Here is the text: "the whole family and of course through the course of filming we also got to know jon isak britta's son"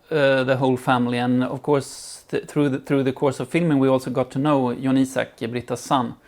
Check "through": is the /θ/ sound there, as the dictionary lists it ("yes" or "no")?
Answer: yes